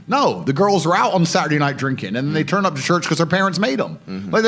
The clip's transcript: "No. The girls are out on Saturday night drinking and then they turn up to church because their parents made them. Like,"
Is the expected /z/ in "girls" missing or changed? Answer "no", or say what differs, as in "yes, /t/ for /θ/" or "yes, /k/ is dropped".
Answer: no